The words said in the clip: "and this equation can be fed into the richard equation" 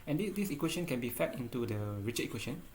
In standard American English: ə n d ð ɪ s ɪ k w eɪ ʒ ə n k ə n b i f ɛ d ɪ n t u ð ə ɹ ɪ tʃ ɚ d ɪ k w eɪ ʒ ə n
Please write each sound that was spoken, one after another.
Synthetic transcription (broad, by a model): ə n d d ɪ s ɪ k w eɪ ʃ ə n k ə n b i f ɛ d ɪ n t u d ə ɹ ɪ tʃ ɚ ɪ k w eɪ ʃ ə n